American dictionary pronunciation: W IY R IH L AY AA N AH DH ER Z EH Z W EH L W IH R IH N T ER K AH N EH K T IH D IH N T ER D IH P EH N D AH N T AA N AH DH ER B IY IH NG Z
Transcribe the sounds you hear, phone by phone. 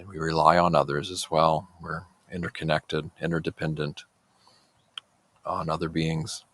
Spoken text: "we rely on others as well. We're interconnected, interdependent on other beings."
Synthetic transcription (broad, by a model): W IY R IH L AY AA N AH DH ER Z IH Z W EH L W IH R IH N T ER K AH N EH K T IH D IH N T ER D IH P EH N D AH N T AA N AH DH ER B IY IH NG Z